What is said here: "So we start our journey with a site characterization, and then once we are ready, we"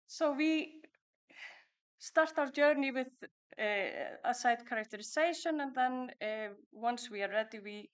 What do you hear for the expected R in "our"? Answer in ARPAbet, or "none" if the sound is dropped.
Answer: W